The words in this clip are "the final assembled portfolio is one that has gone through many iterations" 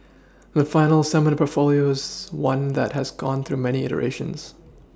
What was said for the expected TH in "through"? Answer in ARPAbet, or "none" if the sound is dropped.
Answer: TH